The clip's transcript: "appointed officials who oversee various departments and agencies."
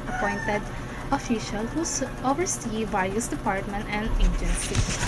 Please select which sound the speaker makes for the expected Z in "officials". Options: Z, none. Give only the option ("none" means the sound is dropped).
none